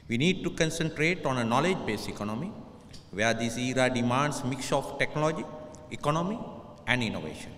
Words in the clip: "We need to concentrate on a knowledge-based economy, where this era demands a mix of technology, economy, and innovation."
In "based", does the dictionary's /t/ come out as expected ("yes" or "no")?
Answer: no